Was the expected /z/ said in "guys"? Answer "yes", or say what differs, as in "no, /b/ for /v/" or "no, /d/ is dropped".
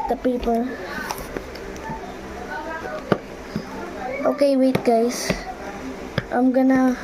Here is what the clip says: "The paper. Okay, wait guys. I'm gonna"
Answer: no, /s/ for /z/